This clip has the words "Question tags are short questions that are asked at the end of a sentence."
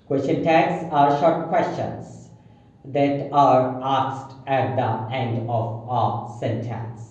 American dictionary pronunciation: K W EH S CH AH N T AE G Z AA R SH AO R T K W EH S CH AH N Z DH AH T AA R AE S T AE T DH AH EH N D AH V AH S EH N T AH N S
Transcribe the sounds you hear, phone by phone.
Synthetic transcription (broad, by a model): K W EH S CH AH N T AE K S AA R SH AO R T K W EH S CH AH N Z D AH T AA R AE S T AE T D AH EH N D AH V AH S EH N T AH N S